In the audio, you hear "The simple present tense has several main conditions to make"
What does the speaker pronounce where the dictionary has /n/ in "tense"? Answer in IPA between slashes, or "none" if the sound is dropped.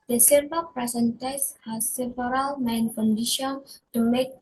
none